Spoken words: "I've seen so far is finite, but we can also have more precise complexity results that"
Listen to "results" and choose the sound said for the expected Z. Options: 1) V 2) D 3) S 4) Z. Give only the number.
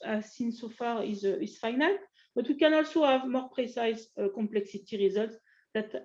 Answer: 4